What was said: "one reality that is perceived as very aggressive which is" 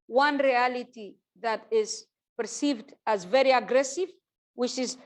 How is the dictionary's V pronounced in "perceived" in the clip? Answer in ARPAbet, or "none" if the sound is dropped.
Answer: V